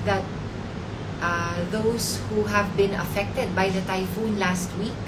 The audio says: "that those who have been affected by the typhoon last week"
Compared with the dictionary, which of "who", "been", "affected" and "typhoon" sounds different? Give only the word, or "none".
none